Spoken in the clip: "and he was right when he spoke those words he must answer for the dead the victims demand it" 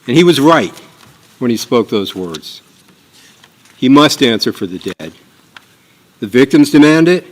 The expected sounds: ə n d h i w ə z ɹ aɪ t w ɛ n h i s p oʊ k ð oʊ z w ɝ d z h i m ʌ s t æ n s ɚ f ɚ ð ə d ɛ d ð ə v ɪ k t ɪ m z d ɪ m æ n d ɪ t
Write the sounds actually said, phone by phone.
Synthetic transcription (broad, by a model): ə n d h i w ə z ɹ aɪ t w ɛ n i s p oʊ k ð oʊ z w ɝ d z h i m ʌ s t æ n s ɚ f ɚ ð ə d ɛ d ð ə v ɪ k t ɪ m z d ɪ m æ n d ɪ t